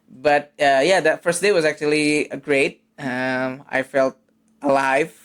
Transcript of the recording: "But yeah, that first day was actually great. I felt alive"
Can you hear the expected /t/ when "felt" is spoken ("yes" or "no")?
yes